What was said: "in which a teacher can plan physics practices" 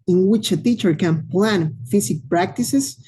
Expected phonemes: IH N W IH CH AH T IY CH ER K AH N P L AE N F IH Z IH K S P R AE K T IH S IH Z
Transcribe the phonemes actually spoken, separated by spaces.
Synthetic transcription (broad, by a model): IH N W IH CH AH T IY CH ER K AH N P L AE N F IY S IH K P R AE K T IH S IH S